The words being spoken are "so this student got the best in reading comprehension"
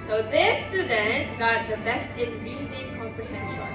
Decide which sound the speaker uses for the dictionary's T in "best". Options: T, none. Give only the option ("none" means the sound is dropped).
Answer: T